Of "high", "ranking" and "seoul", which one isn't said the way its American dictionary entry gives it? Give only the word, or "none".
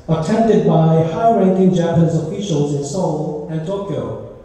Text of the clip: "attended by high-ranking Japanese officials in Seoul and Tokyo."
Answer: none